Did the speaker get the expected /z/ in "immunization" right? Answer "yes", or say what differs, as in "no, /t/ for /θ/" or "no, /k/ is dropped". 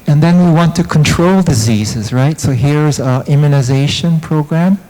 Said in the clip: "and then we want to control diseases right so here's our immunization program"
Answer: yes